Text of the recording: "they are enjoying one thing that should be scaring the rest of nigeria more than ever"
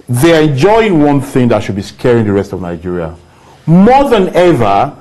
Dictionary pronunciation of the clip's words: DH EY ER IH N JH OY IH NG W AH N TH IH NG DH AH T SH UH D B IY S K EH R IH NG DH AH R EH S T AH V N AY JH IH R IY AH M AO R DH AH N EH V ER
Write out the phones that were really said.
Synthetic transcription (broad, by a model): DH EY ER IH N JH OY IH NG W AH N TH IH NG DH AH T SH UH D B IY S K EH R IH NG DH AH R EH S T AH V N AY JH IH R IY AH M AO DH AH N EH V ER